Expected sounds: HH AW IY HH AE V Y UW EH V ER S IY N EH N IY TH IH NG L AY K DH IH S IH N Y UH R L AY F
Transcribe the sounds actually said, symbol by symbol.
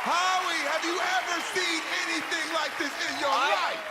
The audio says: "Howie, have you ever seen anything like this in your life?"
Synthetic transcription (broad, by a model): HH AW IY HH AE V Y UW EH V ER S IY N EH N IY TH IH NG L AY K DH IH S IH N Y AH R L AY